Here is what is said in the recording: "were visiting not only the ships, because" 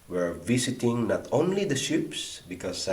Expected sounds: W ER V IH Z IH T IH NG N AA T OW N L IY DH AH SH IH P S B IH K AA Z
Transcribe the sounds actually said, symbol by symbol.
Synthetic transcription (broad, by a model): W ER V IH S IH T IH NG N AA T OW N L IY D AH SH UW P S B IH K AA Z